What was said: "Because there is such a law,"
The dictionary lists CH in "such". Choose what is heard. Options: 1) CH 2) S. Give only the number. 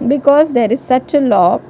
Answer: 1